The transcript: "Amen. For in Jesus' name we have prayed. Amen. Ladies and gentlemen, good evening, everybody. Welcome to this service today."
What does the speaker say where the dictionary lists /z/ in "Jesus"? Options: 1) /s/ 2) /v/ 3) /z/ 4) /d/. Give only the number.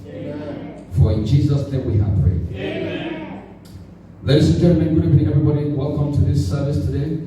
3